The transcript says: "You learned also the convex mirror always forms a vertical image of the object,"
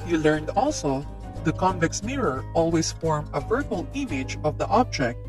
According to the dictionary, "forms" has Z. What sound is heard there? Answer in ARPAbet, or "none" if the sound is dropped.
none